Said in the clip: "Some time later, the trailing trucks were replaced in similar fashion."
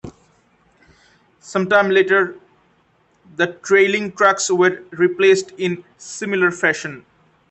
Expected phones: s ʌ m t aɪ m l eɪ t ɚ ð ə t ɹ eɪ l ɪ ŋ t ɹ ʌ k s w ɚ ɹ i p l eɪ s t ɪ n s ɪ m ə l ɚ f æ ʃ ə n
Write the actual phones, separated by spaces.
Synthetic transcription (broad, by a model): s ʌ m t aɪ m l eɪ t ɚ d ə t ɹ eɪ l ɪ ŋ t ɹ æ k s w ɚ ɹ i p l eɪ s t ɪ n s ɪ m ə l ɚ f æ ʃ ə n